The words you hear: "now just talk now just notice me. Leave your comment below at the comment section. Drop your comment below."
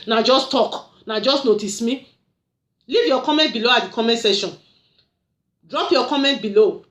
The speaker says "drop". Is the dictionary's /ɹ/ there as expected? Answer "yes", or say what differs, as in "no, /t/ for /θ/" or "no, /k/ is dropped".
yes